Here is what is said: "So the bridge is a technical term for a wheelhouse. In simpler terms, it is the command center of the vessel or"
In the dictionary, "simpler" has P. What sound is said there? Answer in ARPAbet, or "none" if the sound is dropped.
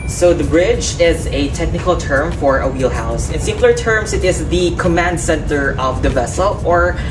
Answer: none